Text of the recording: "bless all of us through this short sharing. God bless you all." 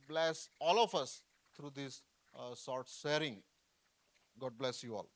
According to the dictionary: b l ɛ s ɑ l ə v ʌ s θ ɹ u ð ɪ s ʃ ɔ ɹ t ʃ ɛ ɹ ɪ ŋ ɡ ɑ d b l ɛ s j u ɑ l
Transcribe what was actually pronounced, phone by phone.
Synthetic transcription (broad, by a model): b l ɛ s ɑ l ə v ʌ s t ɹ u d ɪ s s ɔ ɹ t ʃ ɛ ɹ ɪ ŋ ɡ ɑ d b l ɛ s j u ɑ l